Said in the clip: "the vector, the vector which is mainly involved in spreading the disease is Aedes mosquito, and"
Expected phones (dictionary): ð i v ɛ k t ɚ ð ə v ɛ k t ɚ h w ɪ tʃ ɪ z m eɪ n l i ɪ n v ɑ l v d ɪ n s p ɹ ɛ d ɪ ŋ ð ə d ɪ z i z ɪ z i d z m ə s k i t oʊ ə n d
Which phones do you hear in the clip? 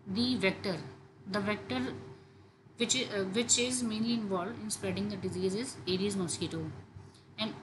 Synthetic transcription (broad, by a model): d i v ɛ k t ɚ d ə v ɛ k t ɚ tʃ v ɪ tʃ ɪ z m eɪ n l i ɪ n v ɑ l v d ɪ n s p ɹ ɛ d ɪ ŋ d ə d ɪ z i z ɪ z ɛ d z m ə s k i t oʊ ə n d